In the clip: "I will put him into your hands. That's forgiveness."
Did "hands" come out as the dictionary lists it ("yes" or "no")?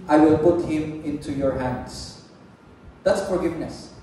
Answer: no